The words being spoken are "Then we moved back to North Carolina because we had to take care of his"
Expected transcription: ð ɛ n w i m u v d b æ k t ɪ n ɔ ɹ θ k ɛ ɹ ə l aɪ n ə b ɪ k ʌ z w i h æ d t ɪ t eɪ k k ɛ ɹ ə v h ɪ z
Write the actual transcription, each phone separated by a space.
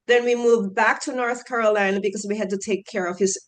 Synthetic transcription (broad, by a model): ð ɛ n w i m u v b æ k t ɪ n ɔ ɹ θ k ɛ ɹ ə l aɪ n ə b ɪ k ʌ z w i h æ d t ɪ t eɪ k k ɛ ɹ ə v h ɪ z